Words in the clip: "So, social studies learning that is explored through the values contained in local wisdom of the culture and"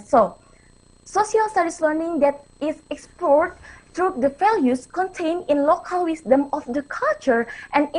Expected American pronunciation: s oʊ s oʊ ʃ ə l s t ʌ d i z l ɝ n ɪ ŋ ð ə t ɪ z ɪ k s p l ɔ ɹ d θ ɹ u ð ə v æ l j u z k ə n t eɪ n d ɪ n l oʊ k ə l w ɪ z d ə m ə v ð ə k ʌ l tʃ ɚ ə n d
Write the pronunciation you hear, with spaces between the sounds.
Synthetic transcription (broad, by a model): s oʊ s oʊ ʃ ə l s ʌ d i s l ɝ n ɪ ŋ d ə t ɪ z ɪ k s p l ɔ ɹ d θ ɹ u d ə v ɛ l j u s k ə n t eɪ n ɪ n l oʊ k ə l w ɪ s d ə m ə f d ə k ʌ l tʃ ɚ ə n